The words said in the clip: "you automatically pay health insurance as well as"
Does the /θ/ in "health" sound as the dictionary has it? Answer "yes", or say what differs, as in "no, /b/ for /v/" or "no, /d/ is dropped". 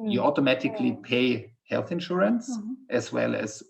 yes